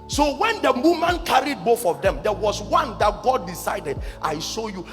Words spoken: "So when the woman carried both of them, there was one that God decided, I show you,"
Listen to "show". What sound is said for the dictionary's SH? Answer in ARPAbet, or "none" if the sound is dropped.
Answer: S